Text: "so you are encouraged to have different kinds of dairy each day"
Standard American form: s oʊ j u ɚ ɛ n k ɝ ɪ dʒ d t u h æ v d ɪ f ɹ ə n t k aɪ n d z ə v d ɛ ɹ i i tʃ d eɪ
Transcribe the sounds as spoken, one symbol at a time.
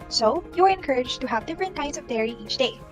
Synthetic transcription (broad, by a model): s oʊ j u ɚ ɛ n k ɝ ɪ dʒ t u h æ v d ɪ f ɹ ə n t k aɪ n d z ə v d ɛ ɹ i i tʃ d eɪ